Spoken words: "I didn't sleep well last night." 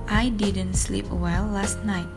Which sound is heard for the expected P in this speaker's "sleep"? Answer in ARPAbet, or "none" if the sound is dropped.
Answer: P